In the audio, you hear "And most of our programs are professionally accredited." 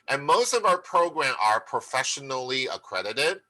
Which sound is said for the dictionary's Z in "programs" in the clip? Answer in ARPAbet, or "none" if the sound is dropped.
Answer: none